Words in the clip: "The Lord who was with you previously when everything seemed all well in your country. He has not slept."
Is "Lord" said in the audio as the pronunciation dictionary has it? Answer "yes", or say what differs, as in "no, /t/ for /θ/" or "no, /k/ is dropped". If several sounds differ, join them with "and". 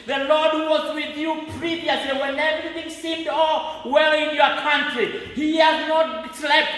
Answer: yes